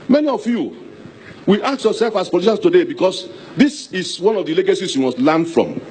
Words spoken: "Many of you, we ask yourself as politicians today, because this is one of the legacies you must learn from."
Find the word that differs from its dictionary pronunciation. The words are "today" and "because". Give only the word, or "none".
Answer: because